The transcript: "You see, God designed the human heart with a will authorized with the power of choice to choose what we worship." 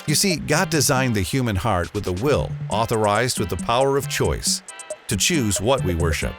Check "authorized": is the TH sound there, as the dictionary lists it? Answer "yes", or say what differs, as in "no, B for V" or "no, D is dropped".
yes